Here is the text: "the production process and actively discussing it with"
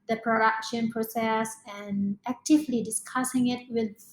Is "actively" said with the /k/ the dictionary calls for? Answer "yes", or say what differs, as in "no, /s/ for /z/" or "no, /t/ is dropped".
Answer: yes